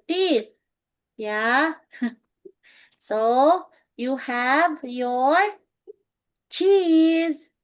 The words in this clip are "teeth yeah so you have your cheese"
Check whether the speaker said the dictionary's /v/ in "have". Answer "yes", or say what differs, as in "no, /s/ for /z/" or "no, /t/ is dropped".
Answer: yes